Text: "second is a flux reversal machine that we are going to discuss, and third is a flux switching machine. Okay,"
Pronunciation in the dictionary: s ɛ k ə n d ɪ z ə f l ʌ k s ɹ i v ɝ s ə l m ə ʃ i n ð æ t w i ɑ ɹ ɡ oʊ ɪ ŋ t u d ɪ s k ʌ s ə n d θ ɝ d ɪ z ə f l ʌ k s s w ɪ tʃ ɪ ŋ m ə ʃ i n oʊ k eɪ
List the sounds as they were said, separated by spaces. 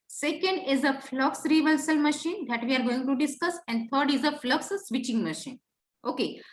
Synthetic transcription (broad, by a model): s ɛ k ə n d ɪ z ə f l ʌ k s ɹ i v ɝ s ə l m ə ʃ i n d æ t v i ɑ ɹ ɡ oʊ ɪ ŋ t u d ɪ s k ʌ s ə n d t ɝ d ɪ z ə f l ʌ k s s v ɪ tʃ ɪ ŋ m ə ʃ i n oʊ k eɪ